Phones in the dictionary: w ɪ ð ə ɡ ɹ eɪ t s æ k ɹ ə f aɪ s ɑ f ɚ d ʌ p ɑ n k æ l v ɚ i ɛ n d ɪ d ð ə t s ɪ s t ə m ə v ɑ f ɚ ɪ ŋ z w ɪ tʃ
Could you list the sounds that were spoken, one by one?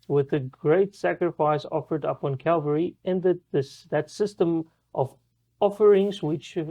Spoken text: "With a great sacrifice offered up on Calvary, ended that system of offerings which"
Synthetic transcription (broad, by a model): w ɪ ð ə ɡ ɹ eɪ t s æ k ɹ ə f aɪ s ɑ f ɚ d ʌ p n k æ l v ɚ i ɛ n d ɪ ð ð ə t s ɪ s t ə m ə v ɑ f ɚ ɪ ŋ z w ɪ tʃ